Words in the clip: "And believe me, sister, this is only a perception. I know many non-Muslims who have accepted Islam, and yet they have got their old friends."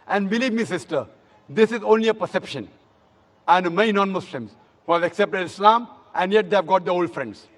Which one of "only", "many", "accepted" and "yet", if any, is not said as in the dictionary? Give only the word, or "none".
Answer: many